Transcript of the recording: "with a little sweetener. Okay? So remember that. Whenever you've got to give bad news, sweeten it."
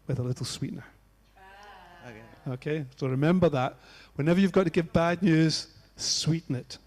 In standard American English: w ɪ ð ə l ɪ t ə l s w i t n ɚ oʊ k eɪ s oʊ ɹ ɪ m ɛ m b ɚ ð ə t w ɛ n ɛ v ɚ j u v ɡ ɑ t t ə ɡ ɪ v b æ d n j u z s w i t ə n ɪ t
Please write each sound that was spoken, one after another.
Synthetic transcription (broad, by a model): w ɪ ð ə l ɪ t l s w i t n ɚ oʊ k eɪ s oʊ ɹ ɪ m ɛ m b ɚ ð ə t w ɛ n ɛ v ɚ j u v ɡ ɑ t t ə ɡ ɪ v b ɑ d n j u z s w i t n ɪ t